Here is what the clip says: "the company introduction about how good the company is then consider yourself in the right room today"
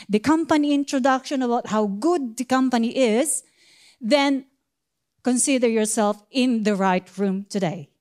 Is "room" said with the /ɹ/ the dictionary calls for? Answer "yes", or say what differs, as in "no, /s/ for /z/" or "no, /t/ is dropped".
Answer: yes